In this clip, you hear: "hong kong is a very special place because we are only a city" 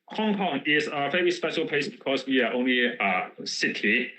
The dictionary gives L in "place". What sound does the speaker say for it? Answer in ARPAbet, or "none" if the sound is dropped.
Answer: none